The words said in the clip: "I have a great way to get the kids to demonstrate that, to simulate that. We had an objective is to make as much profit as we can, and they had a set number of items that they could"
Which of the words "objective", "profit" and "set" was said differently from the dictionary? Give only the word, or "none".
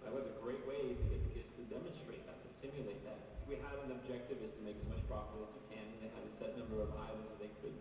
profit